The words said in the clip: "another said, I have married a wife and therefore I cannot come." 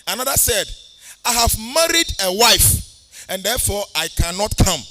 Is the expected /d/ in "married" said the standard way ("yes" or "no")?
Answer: yes